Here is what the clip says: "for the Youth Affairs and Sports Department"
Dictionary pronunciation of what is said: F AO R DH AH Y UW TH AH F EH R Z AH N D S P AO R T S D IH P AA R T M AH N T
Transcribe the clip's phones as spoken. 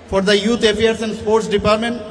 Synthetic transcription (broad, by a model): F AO R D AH Y UW T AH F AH R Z AH N D S P AO R T S D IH P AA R T M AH N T